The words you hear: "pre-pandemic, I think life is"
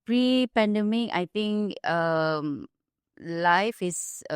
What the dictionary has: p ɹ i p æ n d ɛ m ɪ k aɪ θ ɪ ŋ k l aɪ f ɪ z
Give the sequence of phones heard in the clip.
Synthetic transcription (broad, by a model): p ɹ i p æ n d ɛ m ɪ k aɪ t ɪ ŋ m l aɪ f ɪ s